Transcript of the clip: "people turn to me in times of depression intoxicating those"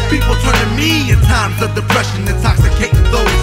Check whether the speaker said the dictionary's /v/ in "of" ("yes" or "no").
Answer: yes